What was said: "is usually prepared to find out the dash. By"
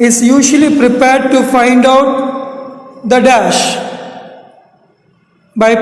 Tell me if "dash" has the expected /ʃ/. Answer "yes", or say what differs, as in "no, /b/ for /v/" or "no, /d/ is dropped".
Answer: yes